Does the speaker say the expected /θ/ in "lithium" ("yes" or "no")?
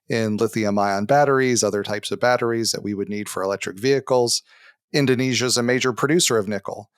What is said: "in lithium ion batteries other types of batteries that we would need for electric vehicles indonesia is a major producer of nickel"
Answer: yes